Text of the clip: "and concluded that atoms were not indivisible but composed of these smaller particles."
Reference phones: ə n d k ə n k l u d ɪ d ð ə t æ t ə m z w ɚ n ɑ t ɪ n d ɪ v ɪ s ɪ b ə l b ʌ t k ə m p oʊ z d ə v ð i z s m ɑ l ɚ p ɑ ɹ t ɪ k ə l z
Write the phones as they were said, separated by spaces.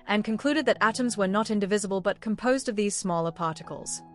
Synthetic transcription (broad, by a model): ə n k ə n k l u d ɪ d ð ə t æ t ə m z w ɚ n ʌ t ɪ n d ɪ v ɪ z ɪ b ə l b ʌ t k ə m p oʊ z d ə v ð i z s m ɑ l ɚ p ɑ ɹ t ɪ k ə l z